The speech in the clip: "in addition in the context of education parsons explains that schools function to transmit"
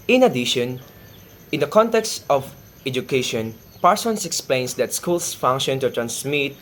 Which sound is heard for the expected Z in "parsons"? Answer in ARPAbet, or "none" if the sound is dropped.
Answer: S